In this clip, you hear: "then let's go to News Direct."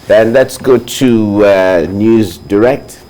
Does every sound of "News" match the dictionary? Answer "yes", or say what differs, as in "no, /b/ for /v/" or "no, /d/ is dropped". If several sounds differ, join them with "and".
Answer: yes